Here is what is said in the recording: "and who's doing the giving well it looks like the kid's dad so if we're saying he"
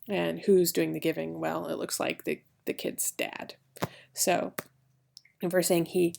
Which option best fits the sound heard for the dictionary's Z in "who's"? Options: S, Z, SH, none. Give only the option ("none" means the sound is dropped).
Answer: Z